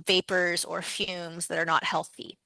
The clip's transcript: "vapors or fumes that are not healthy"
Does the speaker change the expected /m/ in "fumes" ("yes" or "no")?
no